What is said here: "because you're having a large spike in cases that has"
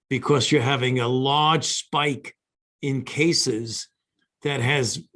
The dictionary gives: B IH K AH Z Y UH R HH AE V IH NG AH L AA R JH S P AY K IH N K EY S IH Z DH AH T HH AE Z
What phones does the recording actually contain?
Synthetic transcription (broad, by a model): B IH K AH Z Y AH R HH AE V IH NG AH L AA R JH S P AY K IH N K EY S IH Z DH AH T HH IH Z